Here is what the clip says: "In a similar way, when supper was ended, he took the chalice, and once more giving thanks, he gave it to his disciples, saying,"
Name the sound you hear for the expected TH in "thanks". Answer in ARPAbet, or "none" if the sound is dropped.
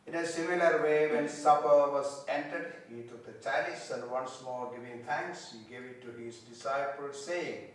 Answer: T